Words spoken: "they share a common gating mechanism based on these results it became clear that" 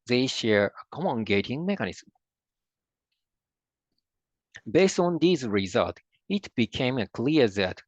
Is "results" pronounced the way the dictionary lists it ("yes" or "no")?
no